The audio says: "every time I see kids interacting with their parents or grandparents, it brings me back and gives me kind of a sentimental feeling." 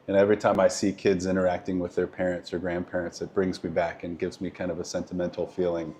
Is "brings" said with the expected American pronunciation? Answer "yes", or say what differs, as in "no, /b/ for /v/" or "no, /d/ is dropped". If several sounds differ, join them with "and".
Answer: yes